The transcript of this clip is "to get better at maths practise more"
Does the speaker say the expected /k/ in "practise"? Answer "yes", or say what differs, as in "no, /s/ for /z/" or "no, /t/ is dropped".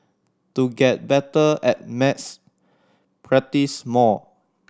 no, /k/ is dropped